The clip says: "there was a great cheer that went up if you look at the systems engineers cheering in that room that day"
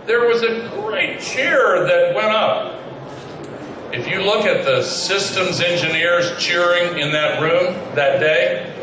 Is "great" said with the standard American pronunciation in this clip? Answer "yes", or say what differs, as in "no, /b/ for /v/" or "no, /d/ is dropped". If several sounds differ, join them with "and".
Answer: yes